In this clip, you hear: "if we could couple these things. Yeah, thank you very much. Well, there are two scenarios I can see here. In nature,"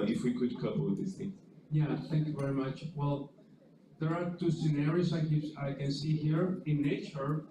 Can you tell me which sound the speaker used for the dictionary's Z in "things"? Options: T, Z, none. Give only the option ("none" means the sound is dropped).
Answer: none